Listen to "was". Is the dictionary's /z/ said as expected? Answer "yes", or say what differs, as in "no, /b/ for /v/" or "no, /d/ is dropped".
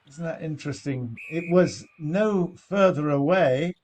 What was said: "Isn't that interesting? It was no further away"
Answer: yes